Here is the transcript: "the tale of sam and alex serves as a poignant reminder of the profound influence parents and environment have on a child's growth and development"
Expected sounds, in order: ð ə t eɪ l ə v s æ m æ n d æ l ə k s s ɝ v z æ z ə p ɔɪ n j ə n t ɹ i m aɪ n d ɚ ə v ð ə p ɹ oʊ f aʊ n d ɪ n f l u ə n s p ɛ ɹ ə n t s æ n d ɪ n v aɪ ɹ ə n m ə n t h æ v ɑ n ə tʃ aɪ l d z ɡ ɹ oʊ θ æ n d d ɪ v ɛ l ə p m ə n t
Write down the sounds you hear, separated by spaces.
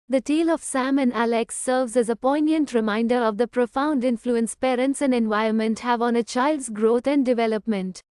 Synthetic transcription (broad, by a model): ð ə t eɪ l ə v s æ m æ n d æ l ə k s s ɝ v z æ z ə p ɔɪ n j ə n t ɹ i m aɪ n d ɚ ə v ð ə p ɹ oʊ f aʊ n d ɪ n f l u ə n s p ɛ ɹ ə n t s æ n d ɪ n v aɪ ə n m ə n t h æ v ɑ n ə tʃ aɪ l d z ɡ ɹ oʊ t æ n d d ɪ v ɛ l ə p m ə n t